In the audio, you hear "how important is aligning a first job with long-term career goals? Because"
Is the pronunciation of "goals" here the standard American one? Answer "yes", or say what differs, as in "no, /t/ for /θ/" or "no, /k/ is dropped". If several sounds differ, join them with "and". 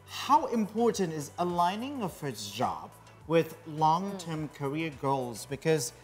yes